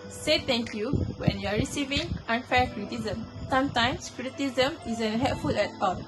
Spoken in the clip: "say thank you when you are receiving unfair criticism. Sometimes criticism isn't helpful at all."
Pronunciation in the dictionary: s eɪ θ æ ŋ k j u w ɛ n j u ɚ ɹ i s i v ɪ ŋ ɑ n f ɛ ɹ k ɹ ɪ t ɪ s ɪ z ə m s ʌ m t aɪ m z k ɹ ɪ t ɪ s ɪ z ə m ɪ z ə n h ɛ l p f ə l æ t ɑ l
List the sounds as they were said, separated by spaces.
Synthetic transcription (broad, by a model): s eɪ t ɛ ŋ k j u w ɛ n j u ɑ ɹ i s i v ɪ ŋ ɑ n f ɛ ɹ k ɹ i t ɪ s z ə m s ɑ m t aɪ m s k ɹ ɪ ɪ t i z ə m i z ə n h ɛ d f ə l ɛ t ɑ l